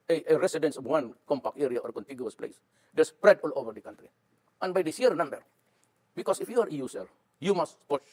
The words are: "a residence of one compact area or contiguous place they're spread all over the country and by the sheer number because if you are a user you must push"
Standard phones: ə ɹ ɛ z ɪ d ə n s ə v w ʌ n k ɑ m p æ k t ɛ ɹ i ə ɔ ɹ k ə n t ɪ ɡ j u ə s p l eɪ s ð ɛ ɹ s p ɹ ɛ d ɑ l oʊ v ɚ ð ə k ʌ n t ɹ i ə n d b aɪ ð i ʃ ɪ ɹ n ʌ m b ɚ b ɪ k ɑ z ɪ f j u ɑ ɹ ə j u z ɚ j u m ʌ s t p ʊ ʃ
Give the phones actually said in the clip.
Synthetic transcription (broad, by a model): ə ɹ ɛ s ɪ d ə n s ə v w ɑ n k ɑ m p æ k t ɛ ɹ i ə ɔ ɹ k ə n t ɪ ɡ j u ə s p l eɪ s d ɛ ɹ s p ɹ ɛ d ɑ l oʊ v ɚ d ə k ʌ n t ɹ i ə n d b aɪ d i s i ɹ n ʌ m b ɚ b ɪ k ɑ s ɪ f j u ɑ ɹ ə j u s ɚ j u m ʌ s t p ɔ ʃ